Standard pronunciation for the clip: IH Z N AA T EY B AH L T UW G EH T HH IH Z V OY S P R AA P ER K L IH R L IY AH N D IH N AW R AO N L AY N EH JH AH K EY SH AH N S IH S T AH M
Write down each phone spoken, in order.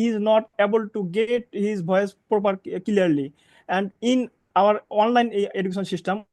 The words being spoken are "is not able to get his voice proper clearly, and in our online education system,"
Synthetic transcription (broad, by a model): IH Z N AA T EY B AH L T UW G EH T HH IH Z B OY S P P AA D K L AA R L IY AH N D IH N AW R AO N L AY N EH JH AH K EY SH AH N S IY S T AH M